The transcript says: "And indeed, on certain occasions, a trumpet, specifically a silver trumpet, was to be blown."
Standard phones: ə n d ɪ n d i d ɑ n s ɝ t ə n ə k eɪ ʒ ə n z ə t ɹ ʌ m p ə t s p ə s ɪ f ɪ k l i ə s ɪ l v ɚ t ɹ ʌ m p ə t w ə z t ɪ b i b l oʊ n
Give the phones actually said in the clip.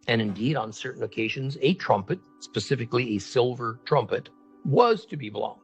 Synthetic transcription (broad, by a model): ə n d ɪ n d i d n s ɝ t n ə k eɪ ʒ ə n z ə t ɹ ʌ m p ə t s p ə s ɪ f ɪ k l i ə s ɪ l v ɚ t ɹ ʌ m p ə t w ə z t ɪ b i b l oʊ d